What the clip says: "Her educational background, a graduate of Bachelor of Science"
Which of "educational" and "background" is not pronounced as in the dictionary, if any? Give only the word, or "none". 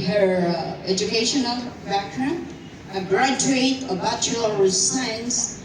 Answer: background